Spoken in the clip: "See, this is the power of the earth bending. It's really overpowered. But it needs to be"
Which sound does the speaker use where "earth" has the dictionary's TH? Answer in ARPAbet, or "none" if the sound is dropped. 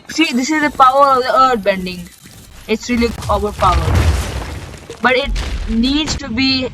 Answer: T